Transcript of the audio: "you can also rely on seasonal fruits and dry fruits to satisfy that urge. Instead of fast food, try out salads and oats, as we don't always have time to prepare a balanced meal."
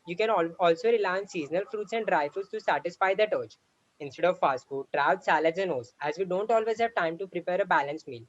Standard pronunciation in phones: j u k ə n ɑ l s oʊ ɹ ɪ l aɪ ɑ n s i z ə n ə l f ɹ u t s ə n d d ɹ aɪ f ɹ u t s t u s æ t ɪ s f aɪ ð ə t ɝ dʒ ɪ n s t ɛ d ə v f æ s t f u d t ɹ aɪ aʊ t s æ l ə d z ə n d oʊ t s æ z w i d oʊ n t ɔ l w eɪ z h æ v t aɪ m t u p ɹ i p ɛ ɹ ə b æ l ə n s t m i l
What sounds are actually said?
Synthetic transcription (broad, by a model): j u k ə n ɑ l s oʊ ɹ ɪ l aɪ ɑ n s i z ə n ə l f ɹ u t s ə n d d ɹ aɪ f u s t u s æ t ɪ s f aɪ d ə t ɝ tʃ ɪ n s t ɛ d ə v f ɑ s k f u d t ɹ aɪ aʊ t s æ l ə d z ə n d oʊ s æ z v i d oʊ n t ɔ l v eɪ z h æ v t aɪ m t u p ɹ i p ɛ ɹ ə b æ l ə n s m i l